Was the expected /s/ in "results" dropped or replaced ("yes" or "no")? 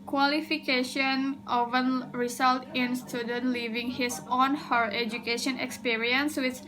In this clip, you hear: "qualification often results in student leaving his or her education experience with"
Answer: yes